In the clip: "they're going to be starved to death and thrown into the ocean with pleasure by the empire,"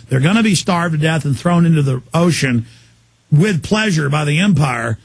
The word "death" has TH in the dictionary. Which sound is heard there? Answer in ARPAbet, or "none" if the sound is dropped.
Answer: TH